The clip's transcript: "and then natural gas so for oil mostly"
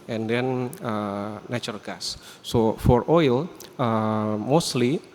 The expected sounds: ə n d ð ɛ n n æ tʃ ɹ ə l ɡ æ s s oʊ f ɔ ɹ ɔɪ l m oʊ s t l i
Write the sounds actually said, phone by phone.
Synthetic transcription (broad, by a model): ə n d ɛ n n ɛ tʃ ə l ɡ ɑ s s oʊ f ɔ ɹ ɔɪ l m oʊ s t l i